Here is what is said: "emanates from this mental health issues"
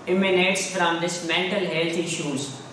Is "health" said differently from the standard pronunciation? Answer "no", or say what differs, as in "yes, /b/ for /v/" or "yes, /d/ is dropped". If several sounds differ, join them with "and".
yes, /t/ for /θ/